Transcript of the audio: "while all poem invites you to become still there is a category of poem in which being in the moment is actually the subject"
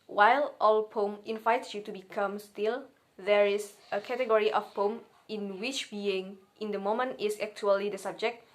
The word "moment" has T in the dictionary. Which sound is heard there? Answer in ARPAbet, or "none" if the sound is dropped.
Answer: T